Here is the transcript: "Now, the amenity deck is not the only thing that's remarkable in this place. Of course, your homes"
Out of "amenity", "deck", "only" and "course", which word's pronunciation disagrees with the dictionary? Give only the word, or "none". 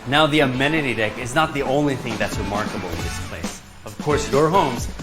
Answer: none